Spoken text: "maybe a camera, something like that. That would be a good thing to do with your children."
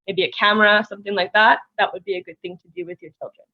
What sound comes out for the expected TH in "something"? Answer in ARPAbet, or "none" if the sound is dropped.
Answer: TH